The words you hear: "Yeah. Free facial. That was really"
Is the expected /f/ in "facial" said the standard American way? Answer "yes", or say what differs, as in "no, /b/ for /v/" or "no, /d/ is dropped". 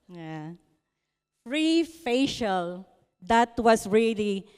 yes